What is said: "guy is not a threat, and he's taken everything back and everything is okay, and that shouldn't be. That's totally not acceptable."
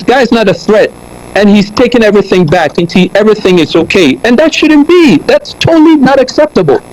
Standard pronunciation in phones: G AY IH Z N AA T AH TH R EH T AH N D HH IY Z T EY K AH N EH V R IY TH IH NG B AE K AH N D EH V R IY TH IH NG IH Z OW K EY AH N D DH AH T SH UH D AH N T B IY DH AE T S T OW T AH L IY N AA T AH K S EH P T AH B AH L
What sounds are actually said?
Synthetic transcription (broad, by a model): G AY IH Z N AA T AH TH R EH T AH N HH IY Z T EY K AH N EH V R IY TH IH NG B AE K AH N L EH V R IY TH IH NG IH Z OW K EY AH N DH AH T SH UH D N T B IY DH AE T S T OW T L IY N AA T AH K S EH P T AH B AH L